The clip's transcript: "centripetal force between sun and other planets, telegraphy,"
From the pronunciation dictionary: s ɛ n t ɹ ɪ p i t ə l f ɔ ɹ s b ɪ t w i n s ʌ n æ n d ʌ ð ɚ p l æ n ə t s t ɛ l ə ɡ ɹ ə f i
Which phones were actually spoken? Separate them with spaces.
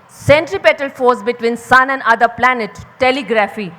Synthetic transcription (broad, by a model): s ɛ n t ɹ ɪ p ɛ t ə l f ɔ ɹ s b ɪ t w i n s ʌ n æ n d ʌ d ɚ p l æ n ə t t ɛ l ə ɡ ɹ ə f i